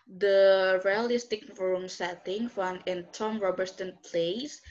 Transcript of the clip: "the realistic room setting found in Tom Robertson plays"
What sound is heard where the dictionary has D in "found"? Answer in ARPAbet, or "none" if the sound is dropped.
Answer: none